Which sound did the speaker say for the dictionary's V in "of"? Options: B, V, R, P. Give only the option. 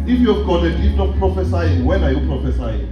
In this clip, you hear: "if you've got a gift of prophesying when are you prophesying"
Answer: P